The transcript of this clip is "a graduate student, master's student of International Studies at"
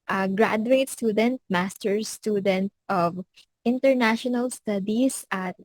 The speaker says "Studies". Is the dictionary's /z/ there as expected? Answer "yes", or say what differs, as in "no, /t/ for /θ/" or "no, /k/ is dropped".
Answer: no, /s/ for /z/